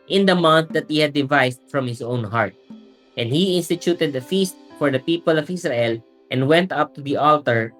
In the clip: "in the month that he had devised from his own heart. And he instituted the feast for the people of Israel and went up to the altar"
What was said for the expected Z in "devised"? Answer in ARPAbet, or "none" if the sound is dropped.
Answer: S